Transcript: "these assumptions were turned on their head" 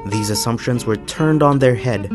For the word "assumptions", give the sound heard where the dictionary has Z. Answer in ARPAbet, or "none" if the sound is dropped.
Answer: Z